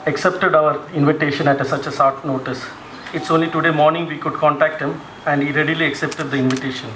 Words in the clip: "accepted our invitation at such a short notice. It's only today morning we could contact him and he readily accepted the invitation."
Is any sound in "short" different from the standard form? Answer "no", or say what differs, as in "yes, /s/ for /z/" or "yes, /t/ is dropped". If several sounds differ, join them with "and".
yes, /s/ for /ʃ/